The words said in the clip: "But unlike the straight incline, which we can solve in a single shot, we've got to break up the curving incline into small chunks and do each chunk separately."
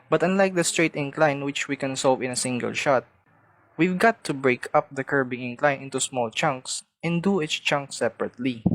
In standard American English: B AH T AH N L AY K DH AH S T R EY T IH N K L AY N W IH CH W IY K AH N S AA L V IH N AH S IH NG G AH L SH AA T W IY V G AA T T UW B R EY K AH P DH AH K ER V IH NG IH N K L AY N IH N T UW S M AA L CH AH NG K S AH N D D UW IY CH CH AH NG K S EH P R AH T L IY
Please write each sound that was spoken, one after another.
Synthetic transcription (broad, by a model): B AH T AH N L AY K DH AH S T R EY T IH N K L AY N W IH CH W IY K AH N S AA L V IH N AH S IH NG G AH L SH AA T W IY V G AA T T UW B R EY K AH P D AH K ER B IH NG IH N K L AY N IH N T UW S M AA L CH AH NG K S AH N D D UW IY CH CH AH NG K S EH P R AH T L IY